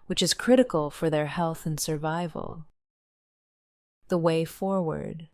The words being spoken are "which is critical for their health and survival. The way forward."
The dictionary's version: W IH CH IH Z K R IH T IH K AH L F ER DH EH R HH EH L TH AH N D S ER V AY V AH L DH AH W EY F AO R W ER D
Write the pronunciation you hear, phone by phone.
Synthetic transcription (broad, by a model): W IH CH IH Z K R IH T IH K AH L F ER DH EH R HH EH L TH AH N S ER V AY V AH L DH AH W EY F AO R W ER D